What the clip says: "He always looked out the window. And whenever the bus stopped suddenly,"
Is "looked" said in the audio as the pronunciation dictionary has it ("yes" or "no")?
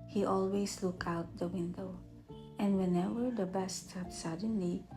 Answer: no